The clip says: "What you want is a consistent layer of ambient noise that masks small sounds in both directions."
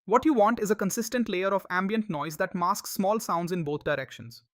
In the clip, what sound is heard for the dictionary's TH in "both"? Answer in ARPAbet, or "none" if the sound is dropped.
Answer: T